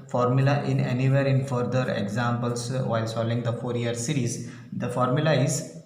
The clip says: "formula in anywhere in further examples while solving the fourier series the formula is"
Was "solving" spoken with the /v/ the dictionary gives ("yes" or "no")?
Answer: no